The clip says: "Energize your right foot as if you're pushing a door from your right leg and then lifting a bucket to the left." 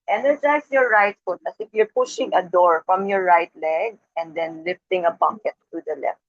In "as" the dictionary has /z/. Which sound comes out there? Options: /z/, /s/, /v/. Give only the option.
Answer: /s/